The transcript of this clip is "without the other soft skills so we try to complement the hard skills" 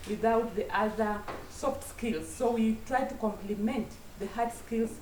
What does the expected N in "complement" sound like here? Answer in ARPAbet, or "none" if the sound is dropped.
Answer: N